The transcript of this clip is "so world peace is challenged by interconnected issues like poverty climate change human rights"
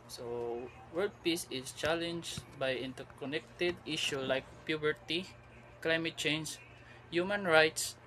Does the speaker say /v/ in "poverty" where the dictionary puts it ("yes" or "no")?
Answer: no